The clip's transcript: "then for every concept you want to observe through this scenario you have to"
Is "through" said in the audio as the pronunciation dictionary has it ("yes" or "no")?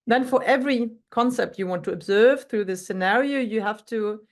yes